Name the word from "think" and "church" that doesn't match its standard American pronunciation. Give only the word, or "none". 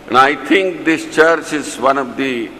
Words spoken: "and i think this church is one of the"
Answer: think